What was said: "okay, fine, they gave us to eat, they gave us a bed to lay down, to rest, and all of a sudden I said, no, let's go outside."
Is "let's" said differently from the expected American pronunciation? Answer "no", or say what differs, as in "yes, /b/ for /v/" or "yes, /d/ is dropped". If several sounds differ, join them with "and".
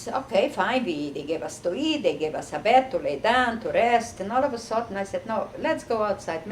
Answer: no